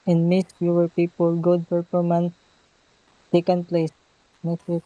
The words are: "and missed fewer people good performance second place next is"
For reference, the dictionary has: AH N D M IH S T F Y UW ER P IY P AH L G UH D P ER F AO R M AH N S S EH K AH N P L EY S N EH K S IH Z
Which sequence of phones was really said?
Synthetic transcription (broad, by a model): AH N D M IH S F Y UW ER P IY P AH L G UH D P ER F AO R M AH N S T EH K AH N P L EY S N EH S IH